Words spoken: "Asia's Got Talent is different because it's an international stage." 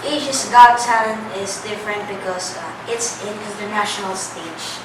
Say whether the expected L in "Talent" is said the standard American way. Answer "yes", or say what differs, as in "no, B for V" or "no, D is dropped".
no, L is dropped